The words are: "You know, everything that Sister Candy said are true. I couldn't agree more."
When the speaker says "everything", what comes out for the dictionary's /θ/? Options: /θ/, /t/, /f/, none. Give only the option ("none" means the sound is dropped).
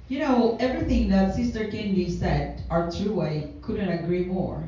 /θ/